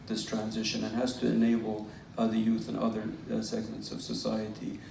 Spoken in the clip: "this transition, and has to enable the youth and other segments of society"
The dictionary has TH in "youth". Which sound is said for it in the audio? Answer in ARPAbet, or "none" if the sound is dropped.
TH